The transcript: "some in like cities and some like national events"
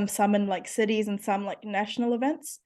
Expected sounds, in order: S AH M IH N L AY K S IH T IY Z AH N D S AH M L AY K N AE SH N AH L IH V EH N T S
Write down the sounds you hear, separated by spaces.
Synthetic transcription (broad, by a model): S AH M IH N L AY K S IH T IY Z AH N S AH M L AY K N AE SH N L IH V EH N T S